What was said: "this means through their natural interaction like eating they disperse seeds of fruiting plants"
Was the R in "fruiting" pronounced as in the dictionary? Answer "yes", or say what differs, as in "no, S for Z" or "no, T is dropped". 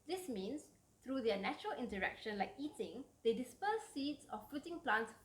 no, R is dropped